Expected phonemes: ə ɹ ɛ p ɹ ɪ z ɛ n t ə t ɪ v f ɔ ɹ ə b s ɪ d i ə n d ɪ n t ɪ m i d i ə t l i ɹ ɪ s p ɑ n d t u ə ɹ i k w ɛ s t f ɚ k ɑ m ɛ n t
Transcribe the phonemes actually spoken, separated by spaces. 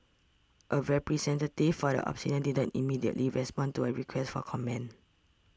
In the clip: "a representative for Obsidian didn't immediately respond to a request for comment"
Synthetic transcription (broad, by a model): ə ɹ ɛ p ɹ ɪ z ɛ n t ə t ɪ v f ɔ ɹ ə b s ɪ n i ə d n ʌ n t ɪ m i d i ə t l i ɹ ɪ s p ɑ n t u ə ɹ i k w ɛ s t f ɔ k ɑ m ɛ n